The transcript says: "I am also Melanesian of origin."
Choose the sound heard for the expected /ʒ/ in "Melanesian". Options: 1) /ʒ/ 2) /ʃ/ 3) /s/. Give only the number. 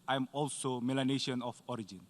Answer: 2